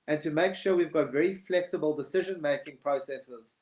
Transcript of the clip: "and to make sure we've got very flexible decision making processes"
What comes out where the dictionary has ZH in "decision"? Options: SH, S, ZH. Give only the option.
ZH